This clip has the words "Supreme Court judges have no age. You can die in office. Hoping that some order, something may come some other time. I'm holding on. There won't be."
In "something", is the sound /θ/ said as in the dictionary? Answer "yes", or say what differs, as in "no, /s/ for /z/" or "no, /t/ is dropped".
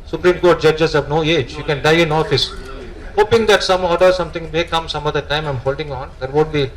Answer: no, /t/ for /θ/